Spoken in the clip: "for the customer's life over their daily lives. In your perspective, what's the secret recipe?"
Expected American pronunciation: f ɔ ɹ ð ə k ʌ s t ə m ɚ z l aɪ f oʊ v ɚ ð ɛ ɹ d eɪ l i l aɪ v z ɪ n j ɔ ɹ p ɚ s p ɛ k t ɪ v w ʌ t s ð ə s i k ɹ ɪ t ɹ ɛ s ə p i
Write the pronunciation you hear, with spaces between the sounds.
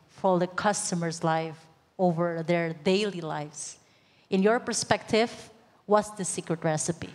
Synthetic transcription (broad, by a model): f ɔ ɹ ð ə k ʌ s t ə m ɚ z l aɪ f oʊ v ɚ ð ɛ ɹ d eɪ l i l aɪ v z ɪ n j ɔ ɹ p ɚ s p ɛ k t ɪ v w ʌ t s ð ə s i k ɹ ɪ t ɹ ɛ s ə p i